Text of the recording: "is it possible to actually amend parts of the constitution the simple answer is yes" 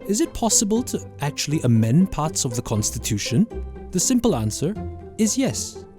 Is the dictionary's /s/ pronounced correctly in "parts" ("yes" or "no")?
yes